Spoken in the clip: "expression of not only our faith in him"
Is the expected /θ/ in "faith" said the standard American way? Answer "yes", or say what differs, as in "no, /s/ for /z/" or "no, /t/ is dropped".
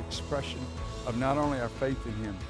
yes